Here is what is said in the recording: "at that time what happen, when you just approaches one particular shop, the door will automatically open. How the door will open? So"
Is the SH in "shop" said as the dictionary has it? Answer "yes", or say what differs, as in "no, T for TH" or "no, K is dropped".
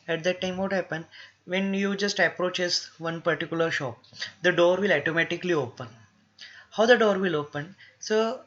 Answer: yes